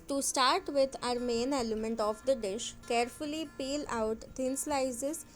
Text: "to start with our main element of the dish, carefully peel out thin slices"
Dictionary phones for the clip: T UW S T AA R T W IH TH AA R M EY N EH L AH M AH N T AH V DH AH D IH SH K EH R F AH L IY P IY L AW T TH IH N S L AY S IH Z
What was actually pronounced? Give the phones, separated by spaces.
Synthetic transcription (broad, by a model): T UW S T AA R T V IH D AA R M EY N EH L AH M AH N T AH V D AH D IH SH K EH R F AH L IY P IY L AW T T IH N S L AY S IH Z